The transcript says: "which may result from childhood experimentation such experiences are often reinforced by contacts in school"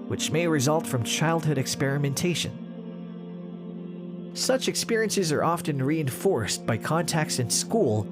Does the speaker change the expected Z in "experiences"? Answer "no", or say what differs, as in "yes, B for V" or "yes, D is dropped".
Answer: no